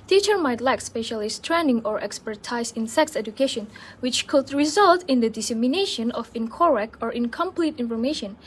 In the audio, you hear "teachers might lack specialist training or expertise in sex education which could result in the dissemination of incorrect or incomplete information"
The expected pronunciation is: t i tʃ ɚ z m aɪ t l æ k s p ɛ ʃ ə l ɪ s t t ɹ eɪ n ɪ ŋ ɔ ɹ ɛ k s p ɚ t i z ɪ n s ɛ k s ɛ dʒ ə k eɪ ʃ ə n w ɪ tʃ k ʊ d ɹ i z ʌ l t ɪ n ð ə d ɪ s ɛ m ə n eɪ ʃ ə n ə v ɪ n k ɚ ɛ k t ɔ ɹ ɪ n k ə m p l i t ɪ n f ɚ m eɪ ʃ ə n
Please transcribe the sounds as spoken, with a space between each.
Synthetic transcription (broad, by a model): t i tʃ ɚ m aɪ t l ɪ k s p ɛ ʃ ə l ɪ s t t ɹ eɪ n ɪ ŋ ɔ ɹ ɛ k s p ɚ t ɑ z ɪ n s ɛ k s ɛ dʒ ə k eɪ ʃ ə n w ɪ tʃ k ʊ d ɹ i z ʌ l t ɪ n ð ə d ɪ s ɛ m ə n eɪ ʃ ə n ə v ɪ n k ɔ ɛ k ɔ ɹ ɪ n k ə m p l i t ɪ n f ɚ m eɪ ʃ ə n